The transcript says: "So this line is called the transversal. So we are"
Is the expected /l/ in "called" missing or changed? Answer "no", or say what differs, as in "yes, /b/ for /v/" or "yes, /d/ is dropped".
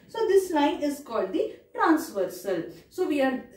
no